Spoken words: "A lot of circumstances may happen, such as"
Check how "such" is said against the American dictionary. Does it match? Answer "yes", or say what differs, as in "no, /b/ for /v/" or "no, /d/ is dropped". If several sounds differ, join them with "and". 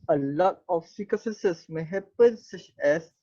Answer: yes